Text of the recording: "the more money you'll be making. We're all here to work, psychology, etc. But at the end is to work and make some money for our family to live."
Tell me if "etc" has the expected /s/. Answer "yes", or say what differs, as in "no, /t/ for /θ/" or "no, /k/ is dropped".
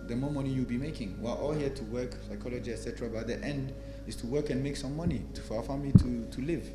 yes